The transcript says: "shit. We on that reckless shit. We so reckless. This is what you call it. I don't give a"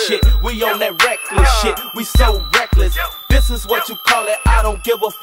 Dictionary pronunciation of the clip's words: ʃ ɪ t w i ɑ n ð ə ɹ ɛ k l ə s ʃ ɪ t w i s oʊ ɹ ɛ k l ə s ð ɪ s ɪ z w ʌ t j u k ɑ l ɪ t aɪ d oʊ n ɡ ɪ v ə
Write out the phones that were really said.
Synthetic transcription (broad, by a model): ʃ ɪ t w i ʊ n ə ɹ ɛ k l ə s ʃ ɪ t w i s oʊ ɹ ɛ k l ə s ð ɪ s ɪ z w ʌ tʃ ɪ k ɑ l ɪ t aɪ d oʊ n ɡ ɪ v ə